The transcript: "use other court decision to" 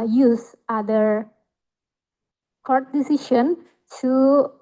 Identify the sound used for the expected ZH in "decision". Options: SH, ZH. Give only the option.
SH